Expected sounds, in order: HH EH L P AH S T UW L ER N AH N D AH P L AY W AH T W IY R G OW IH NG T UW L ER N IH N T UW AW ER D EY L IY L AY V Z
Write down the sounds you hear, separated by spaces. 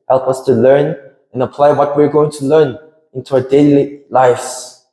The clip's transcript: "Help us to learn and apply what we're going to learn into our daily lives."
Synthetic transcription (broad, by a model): HH EH L P AH S T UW L ER N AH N AH P L AY W AH T W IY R G OW IH NG T UW L ER N IH N T UW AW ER D EY L IY L AY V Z